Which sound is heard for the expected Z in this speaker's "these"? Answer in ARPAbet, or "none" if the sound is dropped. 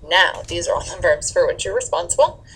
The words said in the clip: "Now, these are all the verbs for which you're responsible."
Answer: Z